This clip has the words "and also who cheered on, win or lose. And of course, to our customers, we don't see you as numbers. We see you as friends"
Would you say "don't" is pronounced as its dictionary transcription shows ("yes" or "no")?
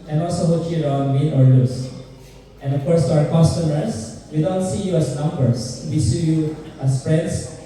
yes